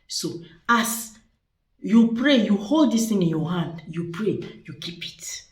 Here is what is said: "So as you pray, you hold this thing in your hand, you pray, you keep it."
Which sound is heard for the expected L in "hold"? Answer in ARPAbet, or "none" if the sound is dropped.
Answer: L